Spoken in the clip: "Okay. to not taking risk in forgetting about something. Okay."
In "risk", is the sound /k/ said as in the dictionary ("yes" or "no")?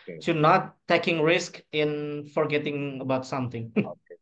yes